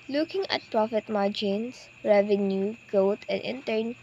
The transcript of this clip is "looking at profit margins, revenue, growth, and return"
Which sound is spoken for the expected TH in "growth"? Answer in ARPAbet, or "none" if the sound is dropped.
T